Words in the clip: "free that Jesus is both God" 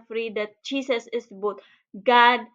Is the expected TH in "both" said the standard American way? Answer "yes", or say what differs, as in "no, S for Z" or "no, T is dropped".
no, T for TH